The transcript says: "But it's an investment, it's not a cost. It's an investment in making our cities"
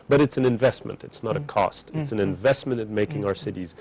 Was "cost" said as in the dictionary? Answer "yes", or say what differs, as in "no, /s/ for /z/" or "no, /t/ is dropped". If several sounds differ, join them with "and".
yes